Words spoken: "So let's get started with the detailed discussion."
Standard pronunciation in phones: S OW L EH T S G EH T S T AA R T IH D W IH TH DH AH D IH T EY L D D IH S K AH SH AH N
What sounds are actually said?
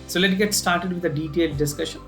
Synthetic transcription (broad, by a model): S OW L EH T G EH T S T AA R T IH D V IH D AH D IH T EY L D D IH S K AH SH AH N